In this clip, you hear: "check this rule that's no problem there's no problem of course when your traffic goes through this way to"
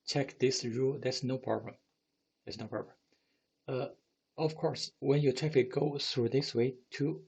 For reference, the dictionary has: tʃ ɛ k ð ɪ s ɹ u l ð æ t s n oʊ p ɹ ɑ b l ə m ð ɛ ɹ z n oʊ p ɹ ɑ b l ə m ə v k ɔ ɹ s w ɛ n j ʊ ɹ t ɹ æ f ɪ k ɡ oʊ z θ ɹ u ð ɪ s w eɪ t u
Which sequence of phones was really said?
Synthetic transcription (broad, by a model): tʃ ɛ k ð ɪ s ɹ u l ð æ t s n oʊ p ɹ ɑ b l ə m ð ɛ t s n oʊ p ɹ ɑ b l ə m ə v k ɔ ɹ s w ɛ n j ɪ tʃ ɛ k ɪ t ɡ oʊ θ ɹ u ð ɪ s w eɪ t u